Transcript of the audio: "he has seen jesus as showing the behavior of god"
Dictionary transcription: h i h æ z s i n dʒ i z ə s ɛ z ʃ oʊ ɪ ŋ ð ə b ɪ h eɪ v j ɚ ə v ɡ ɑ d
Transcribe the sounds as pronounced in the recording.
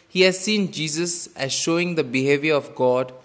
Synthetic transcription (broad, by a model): h i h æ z s i n dʒ i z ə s ɛ z ʃ oʊ ɪ ŋ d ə b ɪ h eɪ v j ɚ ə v ɡ ɑ d